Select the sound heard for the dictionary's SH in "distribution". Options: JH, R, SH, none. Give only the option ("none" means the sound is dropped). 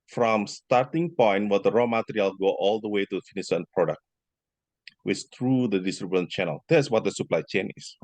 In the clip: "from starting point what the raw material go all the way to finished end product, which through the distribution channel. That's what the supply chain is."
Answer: none